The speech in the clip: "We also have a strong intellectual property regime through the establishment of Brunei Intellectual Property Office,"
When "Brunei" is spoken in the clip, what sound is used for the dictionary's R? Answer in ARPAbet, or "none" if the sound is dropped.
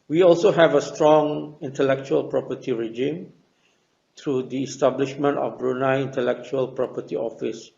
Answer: R